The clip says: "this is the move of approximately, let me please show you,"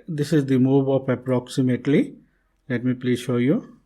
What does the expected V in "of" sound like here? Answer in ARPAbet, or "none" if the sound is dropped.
P